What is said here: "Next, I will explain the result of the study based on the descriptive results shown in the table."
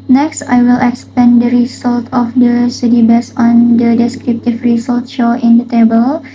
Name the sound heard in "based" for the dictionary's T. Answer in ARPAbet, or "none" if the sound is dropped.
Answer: none